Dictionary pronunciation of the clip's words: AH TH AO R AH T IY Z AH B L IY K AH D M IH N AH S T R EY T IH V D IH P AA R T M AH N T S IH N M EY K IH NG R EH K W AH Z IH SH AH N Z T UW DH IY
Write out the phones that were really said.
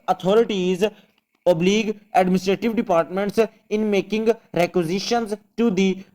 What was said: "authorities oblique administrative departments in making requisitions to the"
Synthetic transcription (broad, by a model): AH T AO R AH T IY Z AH B L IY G AH D M IH N AH S T R EY T IH V D IH P AA R T M AH N T S IH N M EY K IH NG R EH K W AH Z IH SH AH N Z T UW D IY